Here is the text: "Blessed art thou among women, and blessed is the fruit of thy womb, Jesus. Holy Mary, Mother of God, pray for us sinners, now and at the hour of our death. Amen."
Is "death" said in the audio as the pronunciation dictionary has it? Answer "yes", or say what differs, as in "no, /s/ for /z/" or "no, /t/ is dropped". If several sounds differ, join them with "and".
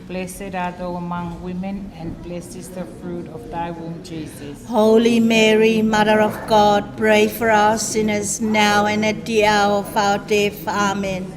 no, /f/ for /θ/